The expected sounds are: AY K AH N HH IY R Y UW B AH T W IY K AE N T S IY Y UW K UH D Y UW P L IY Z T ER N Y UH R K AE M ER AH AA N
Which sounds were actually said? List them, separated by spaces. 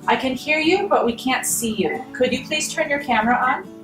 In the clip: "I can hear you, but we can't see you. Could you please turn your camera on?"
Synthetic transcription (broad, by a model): AY K AH N HH IY R Y UW B AH T W IY K AE N T S IY Y UW K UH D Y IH P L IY S T ER N Y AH R K AE M ER AH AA N